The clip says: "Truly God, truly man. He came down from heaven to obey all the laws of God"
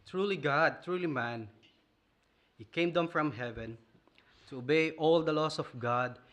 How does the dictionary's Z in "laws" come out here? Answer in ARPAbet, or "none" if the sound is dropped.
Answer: S